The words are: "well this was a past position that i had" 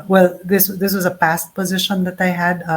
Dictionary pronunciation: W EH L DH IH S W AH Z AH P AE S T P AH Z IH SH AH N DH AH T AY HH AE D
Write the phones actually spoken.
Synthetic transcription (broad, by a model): W EH L DH IH S W AH Z AH P AE S T P AH Z IH SH AH N DH AH T AY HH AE D